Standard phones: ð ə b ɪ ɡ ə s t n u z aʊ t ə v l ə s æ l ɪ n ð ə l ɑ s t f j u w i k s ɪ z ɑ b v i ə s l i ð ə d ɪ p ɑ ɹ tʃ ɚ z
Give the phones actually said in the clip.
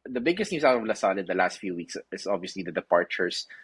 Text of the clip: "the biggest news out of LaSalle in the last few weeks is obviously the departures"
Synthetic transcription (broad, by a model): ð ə b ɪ ɡ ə s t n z aʊ t ə v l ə s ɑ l ɪ n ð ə l ɑ s t f j u w i k s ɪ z ɑ b v i ə s l i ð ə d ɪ p ɑ ɹ tʃ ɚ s